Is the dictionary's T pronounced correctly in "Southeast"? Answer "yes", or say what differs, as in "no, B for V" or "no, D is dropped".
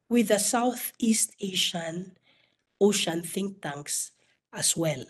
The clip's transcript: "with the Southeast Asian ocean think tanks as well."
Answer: yes